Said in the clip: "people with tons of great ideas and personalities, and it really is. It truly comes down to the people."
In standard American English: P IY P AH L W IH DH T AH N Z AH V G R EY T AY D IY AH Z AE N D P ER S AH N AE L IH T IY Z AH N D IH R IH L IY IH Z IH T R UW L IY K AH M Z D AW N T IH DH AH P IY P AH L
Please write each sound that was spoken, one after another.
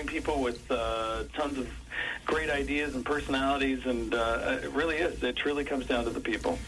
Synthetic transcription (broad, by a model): P IY P L W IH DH T AH N Z AH V G R EY T AY D IY AH Z N P ER S AH N AE L IH T IY Z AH N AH IH R IH L IY IH Z IH T R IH L IY K AH M Z D AW N T IH DH AH P IY P L